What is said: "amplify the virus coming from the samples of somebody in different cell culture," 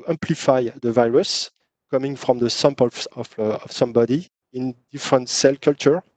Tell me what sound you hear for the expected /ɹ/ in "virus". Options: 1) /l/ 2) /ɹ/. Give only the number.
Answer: 2